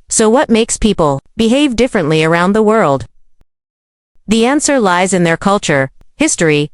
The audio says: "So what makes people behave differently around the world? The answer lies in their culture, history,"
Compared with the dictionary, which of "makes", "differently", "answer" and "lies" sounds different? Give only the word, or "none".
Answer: none